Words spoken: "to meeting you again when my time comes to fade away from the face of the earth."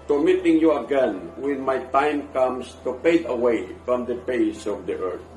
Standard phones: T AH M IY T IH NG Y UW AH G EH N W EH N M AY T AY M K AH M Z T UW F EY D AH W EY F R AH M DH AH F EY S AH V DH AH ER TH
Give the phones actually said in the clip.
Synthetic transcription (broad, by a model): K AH M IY T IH NG Y UW AH G EH N W EH N M AY T AY M K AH M S T UW P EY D AH W EY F R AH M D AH P EY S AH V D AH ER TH